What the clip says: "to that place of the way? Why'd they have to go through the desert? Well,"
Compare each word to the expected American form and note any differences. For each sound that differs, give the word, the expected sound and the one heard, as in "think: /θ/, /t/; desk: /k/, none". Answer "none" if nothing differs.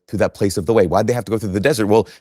have: /v/, /f/